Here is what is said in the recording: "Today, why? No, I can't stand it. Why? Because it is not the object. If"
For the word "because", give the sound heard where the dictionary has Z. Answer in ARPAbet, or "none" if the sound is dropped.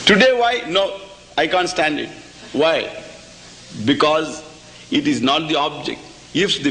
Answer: Z